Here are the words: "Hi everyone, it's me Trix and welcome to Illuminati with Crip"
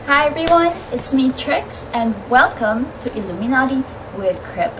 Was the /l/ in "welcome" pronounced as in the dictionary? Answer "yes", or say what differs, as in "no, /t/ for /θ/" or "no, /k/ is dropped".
yes